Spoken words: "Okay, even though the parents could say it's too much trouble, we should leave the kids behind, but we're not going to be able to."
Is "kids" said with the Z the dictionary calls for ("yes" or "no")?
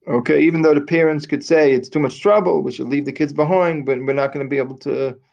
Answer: yes